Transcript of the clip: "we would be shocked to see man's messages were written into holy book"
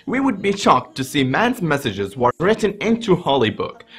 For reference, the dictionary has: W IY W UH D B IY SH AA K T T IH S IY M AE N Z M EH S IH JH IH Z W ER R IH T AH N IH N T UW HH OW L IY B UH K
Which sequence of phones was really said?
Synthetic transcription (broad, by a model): W IY W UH D B IY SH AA K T T IH S IY M AE N Z M EH S IH JH IH Z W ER R IH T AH N IH N T UW HH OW L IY B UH K